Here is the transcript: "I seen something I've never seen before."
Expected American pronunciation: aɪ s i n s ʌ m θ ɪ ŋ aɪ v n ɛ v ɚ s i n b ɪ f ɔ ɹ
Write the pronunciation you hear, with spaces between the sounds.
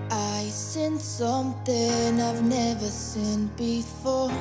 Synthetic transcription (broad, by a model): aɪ s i n s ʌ m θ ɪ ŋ aɪ v n ɛ v ɚ s i n b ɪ f ɔ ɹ